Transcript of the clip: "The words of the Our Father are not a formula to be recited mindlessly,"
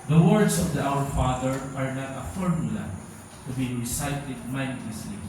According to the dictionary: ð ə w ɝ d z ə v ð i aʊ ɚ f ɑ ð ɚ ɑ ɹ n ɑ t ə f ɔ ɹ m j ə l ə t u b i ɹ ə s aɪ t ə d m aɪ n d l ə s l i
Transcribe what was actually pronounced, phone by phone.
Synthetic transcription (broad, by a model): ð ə w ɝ d s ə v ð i aʊ ɚ f ɑ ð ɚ ɑ ɹ n ɑ t ə f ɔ ɹ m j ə l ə t u b i ɹ ə s aɪ t ə d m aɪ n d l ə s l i